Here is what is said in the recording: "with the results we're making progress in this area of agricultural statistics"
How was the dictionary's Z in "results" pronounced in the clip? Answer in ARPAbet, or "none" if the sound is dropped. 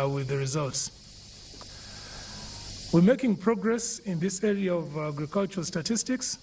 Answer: Z